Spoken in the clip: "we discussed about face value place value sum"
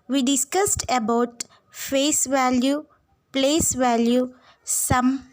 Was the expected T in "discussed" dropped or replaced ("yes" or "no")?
no